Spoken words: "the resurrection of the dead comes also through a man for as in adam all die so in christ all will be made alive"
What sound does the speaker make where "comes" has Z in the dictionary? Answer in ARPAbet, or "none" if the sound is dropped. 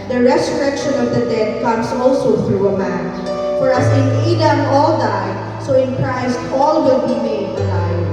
S